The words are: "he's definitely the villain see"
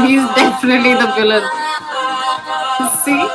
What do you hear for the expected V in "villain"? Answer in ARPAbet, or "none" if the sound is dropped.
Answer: B